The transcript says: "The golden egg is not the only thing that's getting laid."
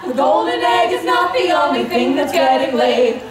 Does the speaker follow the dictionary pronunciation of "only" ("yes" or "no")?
no